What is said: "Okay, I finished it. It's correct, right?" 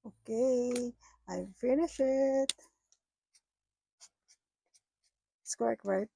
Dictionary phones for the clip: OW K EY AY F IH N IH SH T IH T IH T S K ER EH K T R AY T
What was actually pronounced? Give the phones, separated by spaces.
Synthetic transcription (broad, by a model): OW K EY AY F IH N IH SH IH T IH T S K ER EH K T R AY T